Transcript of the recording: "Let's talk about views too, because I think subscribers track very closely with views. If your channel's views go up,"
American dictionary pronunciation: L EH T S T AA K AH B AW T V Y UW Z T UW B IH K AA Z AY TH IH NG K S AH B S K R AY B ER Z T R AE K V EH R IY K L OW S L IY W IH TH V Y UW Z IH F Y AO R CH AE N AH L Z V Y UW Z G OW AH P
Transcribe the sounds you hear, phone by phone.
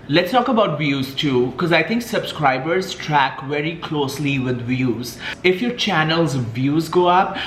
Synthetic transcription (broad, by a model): L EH T S T AA K AH B AW T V Y UW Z T UW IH K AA Z AY T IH NG K S AH B S K R AY B ER Z T R AE K V EH R IY K L OW S L IY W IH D V Y UW Z IH F Y AO R CH AE N AH L Z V Y UW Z G OW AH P